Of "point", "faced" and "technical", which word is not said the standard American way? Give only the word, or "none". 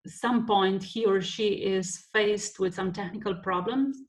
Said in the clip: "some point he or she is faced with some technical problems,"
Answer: none